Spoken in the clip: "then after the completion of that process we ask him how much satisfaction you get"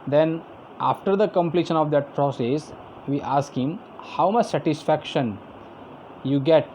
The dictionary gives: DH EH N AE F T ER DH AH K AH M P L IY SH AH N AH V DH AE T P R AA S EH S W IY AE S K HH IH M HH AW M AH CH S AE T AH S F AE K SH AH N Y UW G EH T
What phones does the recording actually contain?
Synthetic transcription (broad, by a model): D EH N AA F T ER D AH K AH M P L IY SH AH N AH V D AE T P R AA S EH S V IY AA S K HH IH M HH AW M AH CH S AE T AH S F AE K SH AH N Y UW G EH T